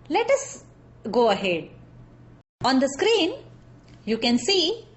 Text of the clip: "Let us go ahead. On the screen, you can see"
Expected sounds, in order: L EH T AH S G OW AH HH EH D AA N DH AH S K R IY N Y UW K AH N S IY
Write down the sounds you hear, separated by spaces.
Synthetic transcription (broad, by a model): L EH T AH S G OW AH HH EH D AA N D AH S K R IY N Y UW K AH N S IY